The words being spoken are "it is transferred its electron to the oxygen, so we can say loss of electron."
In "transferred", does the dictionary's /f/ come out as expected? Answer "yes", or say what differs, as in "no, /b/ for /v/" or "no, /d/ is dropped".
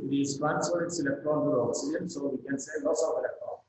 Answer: no, /f/ is dropped